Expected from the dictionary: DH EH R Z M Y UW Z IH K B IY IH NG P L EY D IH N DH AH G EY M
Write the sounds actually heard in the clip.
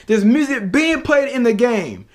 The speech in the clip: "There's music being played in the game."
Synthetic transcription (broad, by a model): DH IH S M Y UW Z IH K B IY IH NG P L EY D IH N DH AH G EY M